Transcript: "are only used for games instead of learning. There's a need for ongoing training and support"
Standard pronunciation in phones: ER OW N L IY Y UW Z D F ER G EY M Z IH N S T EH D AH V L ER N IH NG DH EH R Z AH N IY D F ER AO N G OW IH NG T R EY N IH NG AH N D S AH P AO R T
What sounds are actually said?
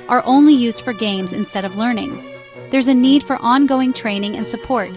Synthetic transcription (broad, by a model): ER OW N L IY Y UW Z D F ER G EY M Z IH N S T EH D AH V L ER N IH NG DH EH R Z AH N IY D F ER AO N G OW IH NG T R EY N IH NG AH N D S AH P AO R T